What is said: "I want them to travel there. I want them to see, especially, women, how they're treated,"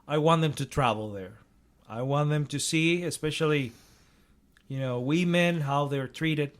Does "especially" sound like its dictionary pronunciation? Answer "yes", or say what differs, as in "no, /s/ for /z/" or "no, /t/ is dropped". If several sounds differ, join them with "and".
no, /n/ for /l/